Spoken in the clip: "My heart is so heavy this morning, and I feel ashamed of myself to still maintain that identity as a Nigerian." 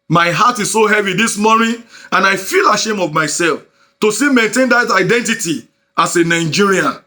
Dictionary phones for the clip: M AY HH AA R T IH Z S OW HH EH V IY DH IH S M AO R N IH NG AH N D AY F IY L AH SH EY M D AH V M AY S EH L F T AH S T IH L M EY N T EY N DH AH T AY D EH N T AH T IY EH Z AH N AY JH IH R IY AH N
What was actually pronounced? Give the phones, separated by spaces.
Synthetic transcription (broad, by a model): M AY HH AA T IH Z S OW HH EH V IY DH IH S M AO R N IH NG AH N AY F IY L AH SH EY M AH V M AY S EH L F T AH S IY M EY N T EY N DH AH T AY D EH N T AH T IY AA S AH N AY JH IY R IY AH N